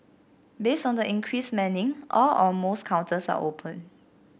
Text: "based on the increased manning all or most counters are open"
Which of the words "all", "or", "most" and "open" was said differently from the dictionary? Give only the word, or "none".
or